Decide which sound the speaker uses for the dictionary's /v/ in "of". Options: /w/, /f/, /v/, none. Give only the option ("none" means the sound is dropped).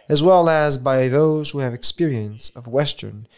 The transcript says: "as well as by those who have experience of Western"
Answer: /v/